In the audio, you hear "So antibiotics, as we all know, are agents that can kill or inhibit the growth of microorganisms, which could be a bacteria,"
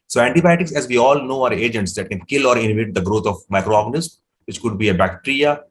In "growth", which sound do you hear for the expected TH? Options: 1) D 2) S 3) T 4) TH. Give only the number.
3